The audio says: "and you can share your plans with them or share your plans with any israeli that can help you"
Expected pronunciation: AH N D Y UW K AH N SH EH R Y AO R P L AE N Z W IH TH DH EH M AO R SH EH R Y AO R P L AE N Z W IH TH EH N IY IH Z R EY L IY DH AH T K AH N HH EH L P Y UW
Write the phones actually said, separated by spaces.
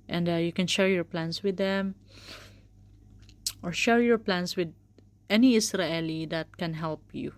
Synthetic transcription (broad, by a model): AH N D Y UW K AH N SH EH R Y AO R P L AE N S W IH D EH M AO R SH EH R Y AO R P L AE N S W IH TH EH N IY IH S R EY L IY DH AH T K AH N HH EH L P Y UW